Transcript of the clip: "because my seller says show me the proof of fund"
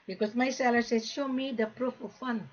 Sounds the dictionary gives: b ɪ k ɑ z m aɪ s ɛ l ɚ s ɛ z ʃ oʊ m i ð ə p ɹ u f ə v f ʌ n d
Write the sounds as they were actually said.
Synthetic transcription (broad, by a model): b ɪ k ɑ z m aɪ s ɛ l ɚ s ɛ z ʃ oʊ m i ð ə p ɹ u f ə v f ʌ n